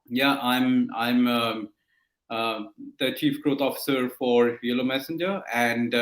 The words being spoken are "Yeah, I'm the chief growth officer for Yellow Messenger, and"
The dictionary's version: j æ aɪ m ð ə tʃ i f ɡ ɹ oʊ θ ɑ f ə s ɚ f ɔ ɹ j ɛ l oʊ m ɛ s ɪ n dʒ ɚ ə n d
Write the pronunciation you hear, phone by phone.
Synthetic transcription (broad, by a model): j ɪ aɪ m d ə tʃ i f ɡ ɹ oʊ t ɑ f ə s ɚ f ɔ ɹ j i l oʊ m ɛ s ɪ n dʒ ɚ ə n d